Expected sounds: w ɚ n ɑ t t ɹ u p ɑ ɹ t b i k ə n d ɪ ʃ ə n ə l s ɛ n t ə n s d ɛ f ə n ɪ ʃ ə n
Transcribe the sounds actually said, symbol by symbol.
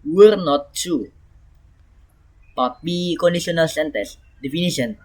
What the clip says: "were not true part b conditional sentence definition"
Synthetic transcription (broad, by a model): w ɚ n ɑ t t u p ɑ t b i k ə n d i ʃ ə n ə l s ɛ n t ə s d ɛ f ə n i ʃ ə n